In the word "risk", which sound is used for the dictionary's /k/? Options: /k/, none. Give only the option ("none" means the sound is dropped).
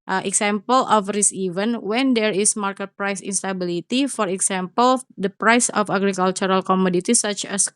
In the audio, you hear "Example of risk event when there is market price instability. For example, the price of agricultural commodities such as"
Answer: none